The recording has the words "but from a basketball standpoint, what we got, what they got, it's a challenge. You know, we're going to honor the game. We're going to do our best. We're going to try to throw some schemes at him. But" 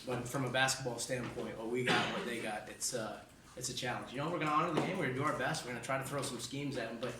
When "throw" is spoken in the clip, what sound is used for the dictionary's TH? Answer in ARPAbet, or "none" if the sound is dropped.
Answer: TH